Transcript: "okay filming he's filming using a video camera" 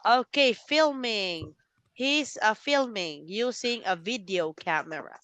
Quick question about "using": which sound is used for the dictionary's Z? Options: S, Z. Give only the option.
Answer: S